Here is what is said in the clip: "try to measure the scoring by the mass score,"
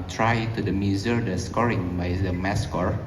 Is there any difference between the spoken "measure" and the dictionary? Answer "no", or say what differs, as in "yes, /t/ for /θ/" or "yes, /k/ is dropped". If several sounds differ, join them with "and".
yes, /z/ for /ʒ/